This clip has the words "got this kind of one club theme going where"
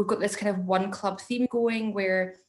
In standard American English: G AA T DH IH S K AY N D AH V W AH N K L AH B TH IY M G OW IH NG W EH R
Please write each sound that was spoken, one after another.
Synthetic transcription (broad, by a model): G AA T DH IH S K AY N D AH V W AH N K L AH B TH IY M G OW IH NG W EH R